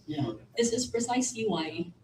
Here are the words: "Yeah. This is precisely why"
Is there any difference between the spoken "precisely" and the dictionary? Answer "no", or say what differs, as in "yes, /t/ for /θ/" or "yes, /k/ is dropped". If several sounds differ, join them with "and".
yes, /l/ is dropped